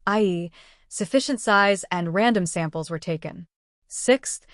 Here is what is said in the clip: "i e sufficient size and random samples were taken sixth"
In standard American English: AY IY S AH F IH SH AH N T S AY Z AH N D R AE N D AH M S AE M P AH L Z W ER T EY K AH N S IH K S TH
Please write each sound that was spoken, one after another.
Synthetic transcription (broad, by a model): AY IY S AH F IH SH AH N T S AY Z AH N R AE N D AH M S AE M P L Z W ER T EY K AH N S IH K S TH